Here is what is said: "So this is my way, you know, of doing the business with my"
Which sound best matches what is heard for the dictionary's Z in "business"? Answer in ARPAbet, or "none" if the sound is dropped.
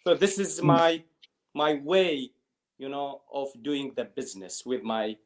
Z